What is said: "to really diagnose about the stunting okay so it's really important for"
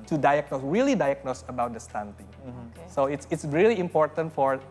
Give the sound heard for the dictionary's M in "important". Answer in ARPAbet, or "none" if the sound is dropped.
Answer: M